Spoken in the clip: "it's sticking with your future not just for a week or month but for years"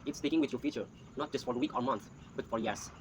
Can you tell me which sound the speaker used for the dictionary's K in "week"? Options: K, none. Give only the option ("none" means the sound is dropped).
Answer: K